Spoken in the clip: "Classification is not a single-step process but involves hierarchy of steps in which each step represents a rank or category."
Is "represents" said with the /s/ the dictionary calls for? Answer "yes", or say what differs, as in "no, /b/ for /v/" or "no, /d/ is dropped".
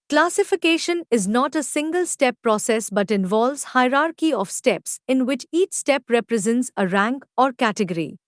yes